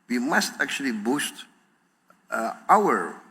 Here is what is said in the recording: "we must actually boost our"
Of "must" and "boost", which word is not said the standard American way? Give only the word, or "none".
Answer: none